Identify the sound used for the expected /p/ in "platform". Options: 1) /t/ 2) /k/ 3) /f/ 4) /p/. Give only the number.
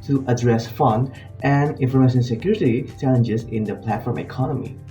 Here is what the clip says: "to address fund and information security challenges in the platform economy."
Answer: 4